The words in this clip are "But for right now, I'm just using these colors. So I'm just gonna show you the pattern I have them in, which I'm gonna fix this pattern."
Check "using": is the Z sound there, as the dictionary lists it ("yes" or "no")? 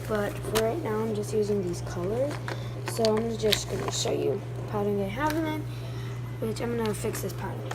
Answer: yes